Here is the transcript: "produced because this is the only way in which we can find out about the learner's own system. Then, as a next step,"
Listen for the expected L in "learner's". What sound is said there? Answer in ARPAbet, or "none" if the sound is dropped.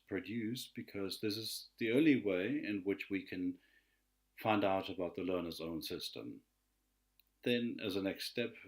L